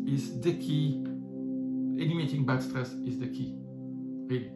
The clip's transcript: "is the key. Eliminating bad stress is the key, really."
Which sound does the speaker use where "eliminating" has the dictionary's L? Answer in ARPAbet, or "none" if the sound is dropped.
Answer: N